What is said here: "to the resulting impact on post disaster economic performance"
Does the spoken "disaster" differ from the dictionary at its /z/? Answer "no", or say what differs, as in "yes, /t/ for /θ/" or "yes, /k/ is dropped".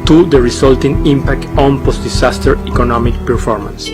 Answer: yes, /s/ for /z/